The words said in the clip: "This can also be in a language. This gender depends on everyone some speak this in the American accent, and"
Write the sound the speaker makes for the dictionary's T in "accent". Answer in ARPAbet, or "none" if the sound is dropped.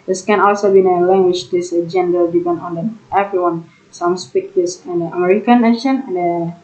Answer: none